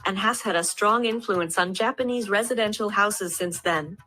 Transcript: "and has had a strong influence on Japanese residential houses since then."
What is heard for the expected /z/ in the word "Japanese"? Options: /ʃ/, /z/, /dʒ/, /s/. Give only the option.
/z/